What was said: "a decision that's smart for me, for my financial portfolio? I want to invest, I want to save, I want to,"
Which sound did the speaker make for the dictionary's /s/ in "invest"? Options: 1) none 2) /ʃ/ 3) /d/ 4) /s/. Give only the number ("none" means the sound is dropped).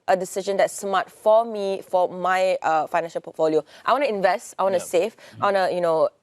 4